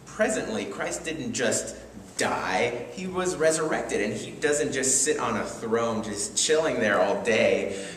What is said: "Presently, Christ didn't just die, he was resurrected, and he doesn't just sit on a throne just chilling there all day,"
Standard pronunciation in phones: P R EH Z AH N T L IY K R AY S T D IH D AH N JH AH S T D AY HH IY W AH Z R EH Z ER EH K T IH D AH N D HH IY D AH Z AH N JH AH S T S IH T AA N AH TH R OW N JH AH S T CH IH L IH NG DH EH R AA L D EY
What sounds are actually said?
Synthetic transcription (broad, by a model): P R EH Z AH N T L IY K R AY S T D IH D N JH AH S T D AY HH IY W AH Z R EH Z ER EH K T IH D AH N IY D AH Z AH N JH AH S T S IH T N AH TH R OW N JH AH S CH IH L IH NG DH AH R AA L D EY